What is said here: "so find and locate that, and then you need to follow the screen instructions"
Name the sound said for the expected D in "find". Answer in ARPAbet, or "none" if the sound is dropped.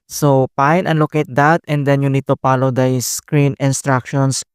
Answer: none